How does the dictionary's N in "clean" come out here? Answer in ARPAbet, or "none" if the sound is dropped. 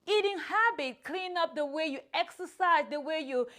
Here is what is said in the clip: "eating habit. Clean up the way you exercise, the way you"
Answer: N